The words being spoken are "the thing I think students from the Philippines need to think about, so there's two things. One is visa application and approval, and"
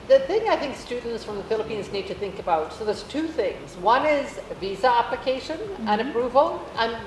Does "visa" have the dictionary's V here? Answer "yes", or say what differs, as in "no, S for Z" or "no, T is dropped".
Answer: yes